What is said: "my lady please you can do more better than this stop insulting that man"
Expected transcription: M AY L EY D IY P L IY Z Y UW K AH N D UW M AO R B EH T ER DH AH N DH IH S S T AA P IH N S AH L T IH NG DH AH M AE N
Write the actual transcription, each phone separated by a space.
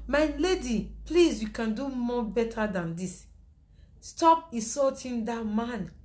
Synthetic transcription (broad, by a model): M AY L EY D IY P L IY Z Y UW K AH N D UW M AO B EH T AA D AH N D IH S S T AA P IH S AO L T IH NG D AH M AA N